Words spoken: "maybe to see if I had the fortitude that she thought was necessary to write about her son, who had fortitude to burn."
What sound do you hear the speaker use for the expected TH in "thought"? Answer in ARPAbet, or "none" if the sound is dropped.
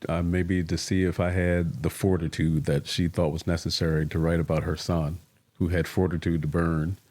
TH